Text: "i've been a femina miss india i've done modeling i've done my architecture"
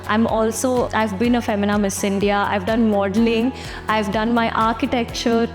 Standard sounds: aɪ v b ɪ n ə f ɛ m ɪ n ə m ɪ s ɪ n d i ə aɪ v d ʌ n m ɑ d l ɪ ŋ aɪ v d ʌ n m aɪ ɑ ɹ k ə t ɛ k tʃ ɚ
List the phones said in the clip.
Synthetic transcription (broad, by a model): aɪ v b ɪ n ə f ɛ m ɪ n ə m ɪ s ɪ n d i ə aɪ v d ʌ n m ɑ d l ɪ ŋ aɪ v d ʌ n m aɪ ɑ ɹ k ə t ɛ k tʃ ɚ